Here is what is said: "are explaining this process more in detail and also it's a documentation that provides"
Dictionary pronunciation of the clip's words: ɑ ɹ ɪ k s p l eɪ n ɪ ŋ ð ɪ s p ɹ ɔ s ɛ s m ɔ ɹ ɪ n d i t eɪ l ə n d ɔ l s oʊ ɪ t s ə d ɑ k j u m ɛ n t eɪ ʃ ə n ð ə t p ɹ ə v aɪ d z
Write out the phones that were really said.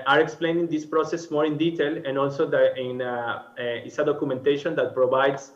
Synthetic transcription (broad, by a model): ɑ ɹ ɪ k s p l eɪ n ɪ ŋ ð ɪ s p ɹ ɔ s ɛ s m ɔ ɹ ɪ n d i t eɪ l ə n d ɔ l s oʊ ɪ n s ə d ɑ k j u m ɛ n t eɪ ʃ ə n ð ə t p ɹ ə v aɪ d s